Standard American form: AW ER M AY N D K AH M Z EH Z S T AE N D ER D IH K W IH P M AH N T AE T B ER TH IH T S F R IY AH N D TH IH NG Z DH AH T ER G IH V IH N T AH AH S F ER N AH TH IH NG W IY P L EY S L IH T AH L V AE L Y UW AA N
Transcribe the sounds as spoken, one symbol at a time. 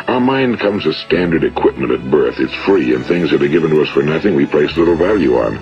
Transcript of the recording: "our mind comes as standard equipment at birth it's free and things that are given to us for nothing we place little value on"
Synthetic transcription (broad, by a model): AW ER M AY N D K AH M Z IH S T AE N D ER D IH K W IH P M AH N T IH T B ER TH IH T S F R IY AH N TH IH NG Z DH AH T ER G IH V IH N T AH AH S F ER N AH TH IH NG W IY P L EY S L IH T L V AE L Y UW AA N